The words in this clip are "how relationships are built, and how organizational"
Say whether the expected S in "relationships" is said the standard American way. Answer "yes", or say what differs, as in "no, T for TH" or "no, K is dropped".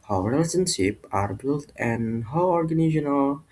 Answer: no, S is dropped